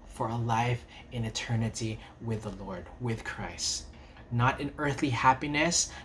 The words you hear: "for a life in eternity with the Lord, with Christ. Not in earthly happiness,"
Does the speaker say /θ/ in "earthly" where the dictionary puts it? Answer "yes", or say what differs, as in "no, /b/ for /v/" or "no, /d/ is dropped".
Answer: yes